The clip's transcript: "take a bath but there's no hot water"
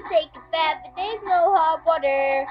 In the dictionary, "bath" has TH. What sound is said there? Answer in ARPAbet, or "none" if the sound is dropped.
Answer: T